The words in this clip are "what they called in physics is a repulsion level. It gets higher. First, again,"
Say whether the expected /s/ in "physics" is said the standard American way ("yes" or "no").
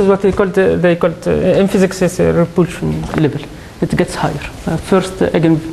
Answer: yes